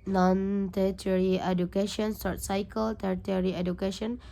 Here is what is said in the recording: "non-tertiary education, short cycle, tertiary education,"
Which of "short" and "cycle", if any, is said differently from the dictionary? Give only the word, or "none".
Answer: short